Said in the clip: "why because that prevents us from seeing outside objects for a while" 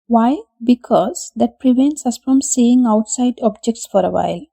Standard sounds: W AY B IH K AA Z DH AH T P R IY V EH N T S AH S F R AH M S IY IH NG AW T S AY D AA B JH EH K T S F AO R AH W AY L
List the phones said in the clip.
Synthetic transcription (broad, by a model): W AY B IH K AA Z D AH T P R IY V EH N T S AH S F R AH M S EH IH NG AW T S AY D AA B JH EH K T S F AO R AH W AY L